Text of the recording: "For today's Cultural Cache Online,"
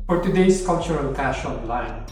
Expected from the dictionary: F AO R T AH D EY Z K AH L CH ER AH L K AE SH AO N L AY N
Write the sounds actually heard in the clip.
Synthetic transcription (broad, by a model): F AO R T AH D EY S K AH L CH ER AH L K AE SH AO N L AY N